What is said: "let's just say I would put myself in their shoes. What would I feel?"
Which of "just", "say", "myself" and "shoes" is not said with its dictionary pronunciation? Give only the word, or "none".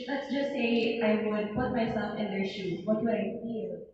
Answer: shoes